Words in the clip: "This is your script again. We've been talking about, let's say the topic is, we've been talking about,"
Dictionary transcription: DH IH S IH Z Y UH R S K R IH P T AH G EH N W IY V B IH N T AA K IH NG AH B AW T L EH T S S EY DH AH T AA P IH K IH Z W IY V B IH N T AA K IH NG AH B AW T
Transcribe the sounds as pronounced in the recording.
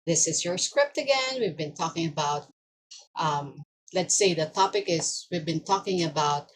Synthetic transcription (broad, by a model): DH IH S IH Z Y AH R S K R IH P T AH G EH N W IY V B IH N T AA K IH NG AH B AW T L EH T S S EY DH AH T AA P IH K IH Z W IY V B IH N T AA K IH NG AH B AW T